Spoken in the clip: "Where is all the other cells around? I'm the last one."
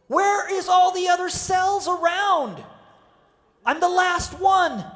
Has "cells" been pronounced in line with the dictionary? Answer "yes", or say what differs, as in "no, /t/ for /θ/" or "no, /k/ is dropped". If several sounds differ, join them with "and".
yes